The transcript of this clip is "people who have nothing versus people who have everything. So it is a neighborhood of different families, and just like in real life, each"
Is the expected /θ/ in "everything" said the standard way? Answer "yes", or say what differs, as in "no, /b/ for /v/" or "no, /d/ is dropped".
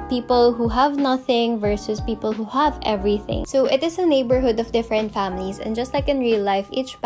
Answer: yes